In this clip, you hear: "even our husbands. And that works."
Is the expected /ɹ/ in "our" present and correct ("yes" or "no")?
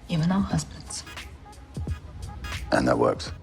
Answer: no